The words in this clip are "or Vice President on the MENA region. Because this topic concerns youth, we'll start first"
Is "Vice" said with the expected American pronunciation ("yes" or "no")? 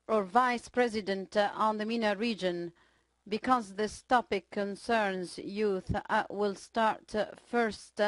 yes